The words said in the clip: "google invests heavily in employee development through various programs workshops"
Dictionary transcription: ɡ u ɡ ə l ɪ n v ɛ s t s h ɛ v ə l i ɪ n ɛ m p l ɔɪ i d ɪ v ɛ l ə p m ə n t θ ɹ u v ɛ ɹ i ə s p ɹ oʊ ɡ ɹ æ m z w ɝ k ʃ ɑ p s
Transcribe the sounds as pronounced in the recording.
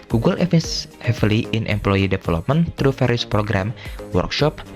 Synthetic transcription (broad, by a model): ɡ u ɡ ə l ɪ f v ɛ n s h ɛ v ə l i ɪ n ɛ m p l ɔɪ i d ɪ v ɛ l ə p m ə n t ɹ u f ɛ ɹ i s p ɹ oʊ ɡ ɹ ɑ m w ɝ k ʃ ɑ p